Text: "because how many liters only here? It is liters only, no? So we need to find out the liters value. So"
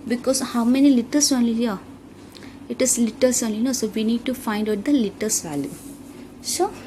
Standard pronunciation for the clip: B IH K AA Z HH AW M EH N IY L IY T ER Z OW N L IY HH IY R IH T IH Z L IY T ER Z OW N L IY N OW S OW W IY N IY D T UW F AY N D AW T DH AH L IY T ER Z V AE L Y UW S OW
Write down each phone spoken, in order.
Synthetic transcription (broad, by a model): B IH K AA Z HH AW M EH N IY L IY T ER S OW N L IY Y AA IH T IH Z L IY T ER S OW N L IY N OW S OW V IY N IY D T UW F AY N D AW T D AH L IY T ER S V AE L Y UW S OW